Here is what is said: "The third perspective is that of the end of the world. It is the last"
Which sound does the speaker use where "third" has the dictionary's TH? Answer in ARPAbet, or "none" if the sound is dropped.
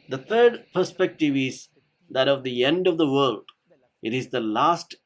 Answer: T